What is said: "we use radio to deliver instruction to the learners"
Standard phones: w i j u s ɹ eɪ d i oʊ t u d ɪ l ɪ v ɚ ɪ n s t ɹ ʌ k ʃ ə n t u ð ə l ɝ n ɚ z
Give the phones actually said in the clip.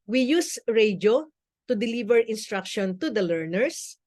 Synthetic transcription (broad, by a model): w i j u s ɹ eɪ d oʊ t u d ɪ l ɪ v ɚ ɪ n s t ɹ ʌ k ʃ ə n t u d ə l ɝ n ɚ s